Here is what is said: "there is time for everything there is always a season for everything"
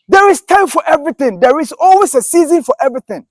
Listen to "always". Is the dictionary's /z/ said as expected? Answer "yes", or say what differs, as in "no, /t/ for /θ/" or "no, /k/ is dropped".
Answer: no, /s/ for /z/